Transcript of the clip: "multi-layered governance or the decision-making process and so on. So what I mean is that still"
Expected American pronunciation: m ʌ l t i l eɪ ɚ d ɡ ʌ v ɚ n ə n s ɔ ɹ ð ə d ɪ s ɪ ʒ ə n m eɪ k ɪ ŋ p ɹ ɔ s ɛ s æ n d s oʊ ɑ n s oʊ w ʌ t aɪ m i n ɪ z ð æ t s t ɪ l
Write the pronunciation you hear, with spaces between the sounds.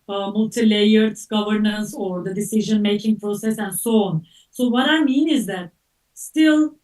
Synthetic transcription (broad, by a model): m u l t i l eɪ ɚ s ɡ ʌ v ɚ n ə n s ɔ ɹ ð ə d ɪ s ɪ ʒ ə n m eɪ k ɪ ŋ p ɹ ɔ s ɛ s æ n d s oʊ ɑ n s oʊ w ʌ t aɪ m i n ɪ z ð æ t s t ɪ l